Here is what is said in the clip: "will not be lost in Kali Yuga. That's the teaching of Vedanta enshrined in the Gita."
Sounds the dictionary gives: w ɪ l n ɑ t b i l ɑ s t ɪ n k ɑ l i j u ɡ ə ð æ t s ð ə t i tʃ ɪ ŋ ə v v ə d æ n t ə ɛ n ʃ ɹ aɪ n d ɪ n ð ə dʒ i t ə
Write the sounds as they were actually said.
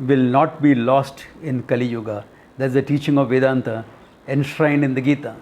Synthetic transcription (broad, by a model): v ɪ l n ɑ t b i l ɑ s t ɪ n k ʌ l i j u ɡ ə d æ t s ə t i tʃ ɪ ŋ ə v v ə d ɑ n t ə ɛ n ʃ ɹ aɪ n d ɪ n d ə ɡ i t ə